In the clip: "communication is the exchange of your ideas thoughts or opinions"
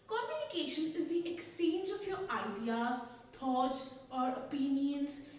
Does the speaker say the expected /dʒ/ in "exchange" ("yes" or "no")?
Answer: yes